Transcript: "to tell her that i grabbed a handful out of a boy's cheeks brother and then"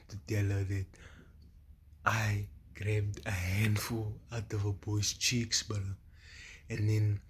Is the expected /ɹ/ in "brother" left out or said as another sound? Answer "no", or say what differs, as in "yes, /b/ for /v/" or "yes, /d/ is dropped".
yes, /ɹ/ is dropped